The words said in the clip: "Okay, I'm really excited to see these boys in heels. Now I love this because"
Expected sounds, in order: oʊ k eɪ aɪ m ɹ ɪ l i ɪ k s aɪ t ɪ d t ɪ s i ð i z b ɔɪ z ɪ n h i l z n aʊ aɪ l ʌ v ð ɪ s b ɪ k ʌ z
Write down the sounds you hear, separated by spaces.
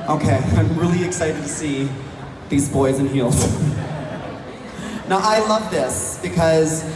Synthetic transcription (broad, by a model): oʊ k eɪ aɪ m ɹ ɪ l i ɪ k s aɪ t ɪ d t ɪ s i ð i z b ɔɪ z ɪ n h i l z n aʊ aɪ l ʌ v ð ɪ s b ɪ k ʌ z